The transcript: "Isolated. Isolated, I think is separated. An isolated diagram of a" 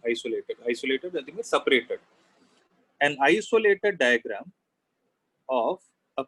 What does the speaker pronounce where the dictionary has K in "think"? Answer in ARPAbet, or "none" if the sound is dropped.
none